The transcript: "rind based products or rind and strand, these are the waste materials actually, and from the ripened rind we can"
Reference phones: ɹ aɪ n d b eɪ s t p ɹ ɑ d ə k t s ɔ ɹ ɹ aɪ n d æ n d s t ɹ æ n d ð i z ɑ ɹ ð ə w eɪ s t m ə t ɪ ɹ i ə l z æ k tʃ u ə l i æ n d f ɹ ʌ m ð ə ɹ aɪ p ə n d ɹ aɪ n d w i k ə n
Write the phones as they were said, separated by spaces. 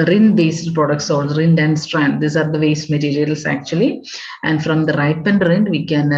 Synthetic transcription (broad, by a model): ɹ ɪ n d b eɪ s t p ɹ ɑ d ə k t s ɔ l ɹ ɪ n d æ n d s t ɹ æ n d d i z ɑ ɹ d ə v eɪ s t m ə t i ɹ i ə l s æ k tʃ u ə l i æ n d f ɹ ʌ m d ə ɹ aɪ p ə n d ɹ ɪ n d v i k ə n